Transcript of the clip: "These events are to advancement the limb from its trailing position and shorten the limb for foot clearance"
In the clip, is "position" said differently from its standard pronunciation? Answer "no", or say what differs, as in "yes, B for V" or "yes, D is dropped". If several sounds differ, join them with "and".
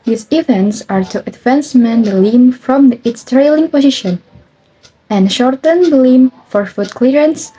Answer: no